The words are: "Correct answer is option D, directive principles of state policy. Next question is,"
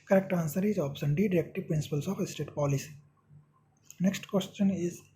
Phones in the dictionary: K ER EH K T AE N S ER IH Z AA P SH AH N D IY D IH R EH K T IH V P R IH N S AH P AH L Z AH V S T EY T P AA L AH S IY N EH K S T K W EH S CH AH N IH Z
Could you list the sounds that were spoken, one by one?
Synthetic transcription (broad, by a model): K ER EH K T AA N S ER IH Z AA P S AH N D IY D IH R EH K T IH P R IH N S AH P AH L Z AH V S T EY T P AA L AH S IY N EH K S T K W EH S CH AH N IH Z